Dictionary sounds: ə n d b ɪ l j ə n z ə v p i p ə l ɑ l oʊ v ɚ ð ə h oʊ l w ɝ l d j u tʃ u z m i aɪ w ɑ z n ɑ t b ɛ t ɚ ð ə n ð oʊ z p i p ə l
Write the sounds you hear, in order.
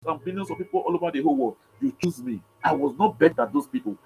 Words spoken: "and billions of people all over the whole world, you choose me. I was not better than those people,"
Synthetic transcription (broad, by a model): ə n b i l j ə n s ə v p i p ə l ɑ l oʊ v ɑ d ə h oʊ l w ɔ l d j u tʃ u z m i aɪ w ɑ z n ɑ t b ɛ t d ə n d oʊ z p i p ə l